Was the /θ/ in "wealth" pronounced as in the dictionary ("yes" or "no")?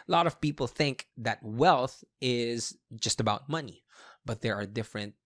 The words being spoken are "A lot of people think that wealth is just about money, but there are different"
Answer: yes